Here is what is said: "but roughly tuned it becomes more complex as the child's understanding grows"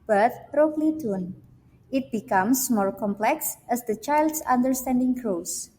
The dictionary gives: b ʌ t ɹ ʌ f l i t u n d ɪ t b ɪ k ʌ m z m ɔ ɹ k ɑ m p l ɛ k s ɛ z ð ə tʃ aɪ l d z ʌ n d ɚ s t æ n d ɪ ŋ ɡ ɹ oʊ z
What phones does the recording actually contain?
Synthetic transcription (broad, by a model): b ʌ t ɹ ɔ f l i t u n ɪ t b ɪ k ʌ m s m ɔ ɹ k ɑ m p l ɛ k s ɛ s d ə tʃ aɪ l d s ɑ n d ɚ s t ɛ n d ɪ ŋ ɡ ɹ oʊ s